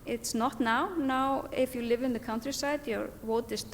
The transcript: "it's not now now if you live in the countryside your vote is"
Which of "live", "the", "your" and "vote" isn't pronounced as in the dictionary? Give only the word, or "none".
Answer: vote